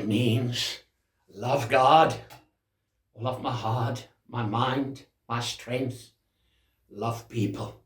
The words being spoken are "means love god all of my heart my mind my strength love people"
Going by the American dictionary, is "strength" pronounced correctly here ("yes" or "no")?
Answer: yes